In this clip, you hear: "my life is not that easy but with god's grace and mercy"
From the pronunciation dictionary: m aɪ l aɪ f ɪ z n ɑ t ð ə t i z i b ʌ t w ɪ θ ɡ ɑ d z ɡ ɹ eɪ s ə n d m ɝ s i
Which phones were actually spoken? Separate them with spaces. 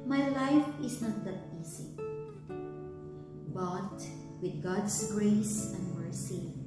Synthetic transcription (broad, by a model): m aɪ l aɪ f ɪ s n ɑ t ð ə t i s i b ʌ t w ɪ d ɡ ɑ d s ɡ ɹ eɪ s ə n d m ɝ s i